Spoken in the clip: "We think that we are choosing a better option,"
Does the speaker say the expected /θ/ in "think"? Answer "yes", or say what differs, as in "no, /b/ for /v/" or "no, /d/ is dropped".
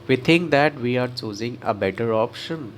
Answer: no, /t/ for /θ/